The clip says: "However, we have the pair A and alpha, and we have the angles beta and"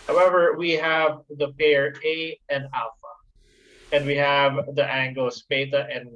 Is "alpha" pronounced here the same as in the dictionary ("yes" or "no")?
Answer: yes